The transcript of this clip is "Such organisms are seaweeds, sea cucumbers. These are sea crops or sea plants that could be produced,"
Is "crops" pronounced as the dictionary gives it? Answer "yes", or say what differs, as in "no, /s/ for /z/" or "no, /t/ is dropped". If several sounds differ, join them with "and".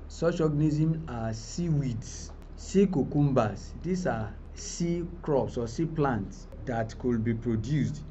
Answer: yes